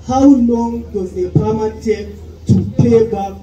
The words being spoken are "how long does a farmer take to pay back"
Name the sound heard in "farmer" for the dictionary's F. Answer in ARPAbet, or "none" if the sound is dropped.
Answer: P